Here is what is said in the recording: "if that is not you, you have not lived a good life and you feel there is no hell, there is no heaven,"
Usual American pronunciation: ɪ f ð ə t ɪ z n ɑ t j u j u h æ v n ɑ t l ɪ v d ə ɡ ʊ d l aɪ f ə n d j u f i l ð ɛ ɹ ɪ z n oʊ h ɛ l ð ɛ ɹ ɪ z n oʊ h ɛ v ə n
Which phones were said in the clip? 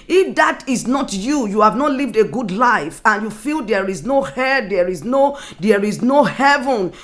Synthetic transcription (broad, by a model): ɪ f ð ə t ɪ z n ɑ t j u j u h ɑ v n ɑ t l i v d ə ɡ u d l aɪ f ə n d j u f i l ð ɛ ɹ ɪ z n oʊ h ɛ n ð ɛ ɹ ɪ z n oʊ h ɛ v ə n